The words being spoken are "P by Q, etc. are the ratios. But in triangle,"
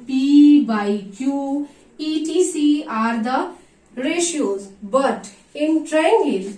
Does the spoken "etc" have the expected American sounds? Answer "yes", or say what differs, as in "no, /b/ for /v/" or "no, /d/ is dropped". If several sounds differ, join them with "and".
no, /s/ is dropped